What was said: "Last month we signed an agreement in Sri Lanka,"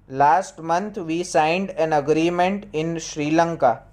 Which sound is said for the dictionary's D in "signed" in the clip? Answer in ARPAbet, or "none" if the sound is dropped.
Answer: D